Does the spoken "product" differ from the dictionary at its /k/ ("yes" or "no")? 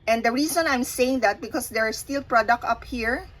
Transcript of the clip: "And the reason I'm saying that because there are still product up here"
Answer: no